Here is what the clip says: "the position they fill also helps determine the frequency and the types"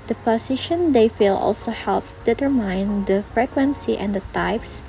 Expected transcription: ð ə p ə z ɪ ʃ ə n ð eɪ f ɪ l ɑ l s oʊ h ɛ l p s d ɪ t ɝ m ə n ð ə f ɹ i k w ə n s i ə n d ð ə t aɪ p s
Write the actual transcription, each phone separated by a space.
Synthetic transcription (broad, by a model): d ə p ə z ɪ ʃ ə n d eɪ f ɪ l ɑ l s oʊ h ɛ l p d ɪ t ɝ m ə n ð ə f ɹ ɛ k w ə n s i ə n d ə t aɪ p s